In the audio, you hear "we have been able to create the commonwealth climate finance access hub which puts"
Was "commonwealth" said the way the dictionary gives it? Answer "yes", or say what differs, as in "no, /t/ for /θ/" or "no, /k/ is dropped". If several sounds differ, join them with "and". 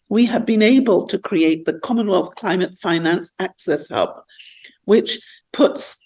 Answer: yes